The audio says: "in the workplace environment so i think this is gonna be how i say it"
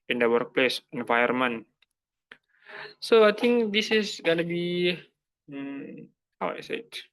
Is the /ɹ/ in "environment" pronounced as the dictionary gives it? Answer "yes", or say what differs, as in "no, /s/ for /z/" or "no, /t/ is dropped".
no, /ɹ/ is dropped